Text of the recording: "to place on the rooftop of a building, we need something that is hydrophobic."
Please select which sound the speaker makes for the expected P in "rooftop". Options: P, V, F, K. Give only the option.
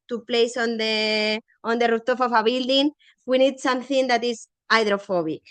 F